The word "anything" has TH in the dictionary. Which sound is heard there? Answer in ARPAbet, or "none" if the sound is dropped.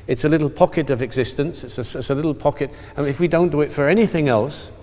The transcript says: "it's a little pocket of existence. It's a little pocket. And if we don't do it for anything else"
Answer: TH